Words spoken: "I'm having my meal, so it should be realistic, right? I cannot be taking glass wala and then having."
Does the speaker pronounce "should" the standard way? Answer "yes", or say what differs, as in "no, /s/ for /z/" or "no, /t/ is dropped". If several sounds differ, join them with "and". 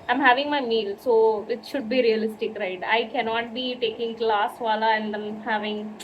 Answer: yes